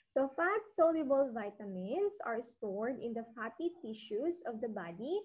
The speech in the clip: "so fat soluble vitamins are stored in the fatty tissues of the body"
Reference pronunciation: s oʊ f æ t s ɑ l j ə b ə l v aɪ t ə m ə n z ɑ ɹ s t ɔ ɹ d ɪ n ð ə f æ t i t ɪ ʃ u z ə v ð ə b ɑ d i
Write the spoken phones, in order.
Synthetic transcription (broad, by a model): s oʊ f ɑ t s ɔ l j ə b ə l v aɪ t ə m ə n s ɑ ɹ s t ɔ ɹ d ɪ n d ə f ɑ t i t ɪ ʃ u s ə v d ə b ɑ d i